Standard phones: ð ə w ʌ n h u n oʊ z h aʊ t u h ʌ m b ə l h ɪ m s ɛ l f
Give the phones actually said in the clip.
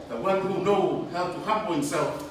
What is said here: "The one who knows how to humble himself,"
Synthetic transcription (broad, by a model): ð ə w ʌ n h u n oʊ h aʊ t u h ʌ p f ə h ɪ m s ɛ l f